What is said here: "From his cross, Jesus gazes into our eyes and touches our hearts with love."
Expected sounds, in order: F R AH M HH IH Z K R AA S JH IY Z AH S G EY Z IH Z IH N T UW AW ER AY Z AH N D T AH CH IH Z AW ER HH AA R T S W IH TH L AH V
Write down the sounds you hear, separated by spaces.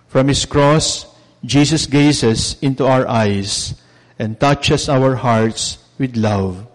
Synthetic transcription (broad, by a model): F R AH M HH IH S K R AA S JH IY S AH S G EY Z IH S IH N T UW AW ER AY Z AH N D T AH CH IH S AW ER HH AA R T S W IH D L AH V